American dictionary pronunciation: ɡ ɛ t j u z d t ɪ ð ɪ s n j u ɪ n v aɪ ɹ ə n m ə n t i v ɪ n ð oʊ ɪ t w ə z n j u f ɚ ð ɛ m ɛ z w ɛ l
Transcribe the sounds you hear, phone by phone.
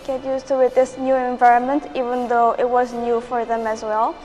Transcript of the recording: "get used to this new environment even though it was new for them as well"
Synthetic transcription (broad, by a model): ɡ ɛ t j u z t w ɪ ð ɪ s n j u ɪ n v aɪ ɹ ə n m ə n t i v ɪ n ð oʊ ɪ t w ə z n j u f ɚ ð ɛ m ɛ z w ɛ l